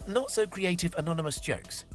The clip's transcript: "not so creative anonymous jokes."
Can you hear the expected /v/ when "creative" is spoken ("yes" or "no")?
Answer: yes